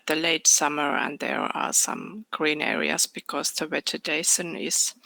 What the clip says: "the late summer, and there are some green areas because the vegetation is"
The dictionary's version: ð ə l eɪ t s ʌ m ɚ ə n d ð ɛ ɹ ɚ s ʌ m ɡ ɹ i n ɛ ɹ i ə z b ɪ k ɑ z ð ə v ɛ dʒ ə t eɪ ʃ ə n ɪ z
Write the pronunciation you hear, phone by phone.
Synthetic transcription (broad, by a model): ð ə l eɪ t s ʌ m ɚ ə n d ð ɛ ɹ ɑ s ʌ m ɡ ɹ i n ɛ ɹ i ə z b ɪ k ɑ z ð ə w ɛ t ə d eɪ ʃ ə n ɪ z